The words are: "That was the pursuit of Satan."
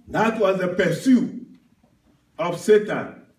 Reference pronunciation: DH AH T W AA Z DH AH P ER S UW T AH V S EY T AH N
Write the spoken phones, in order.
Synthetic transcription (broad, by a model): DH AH T W AA Z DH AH P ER S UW AH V S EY T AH N